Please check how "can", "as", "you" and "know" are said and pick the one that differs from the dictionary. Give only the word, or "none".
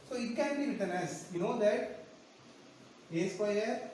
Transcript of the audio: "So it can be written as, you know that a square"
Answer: as